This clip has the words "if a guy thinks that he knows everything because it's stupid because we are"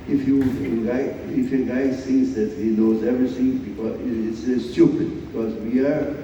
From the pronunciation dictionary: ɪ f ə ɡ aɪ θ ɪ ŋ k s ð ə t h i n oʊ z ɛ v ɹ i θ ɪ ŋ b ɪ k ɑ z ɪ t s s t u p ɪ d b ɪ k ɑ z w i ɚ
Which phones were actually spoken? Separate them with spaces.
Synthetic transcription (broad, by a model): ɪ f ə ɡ aɪ f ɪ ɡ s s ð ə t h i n oʊ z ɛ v ɹ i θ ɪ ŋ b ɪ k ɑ ɪ t s s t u p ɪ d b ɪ k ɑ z w i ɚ